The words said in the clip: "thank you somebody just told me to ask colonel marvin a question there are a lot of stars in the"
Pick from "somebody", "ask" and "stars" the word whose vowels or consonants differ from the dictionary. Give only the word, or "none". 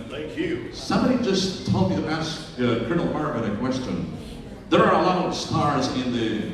none